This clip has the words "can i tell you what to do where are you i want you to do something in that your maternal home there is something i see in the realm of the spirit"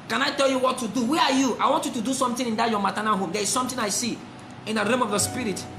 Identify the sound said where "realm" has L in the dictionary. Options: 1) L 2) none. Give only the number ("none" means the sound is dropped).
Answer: 2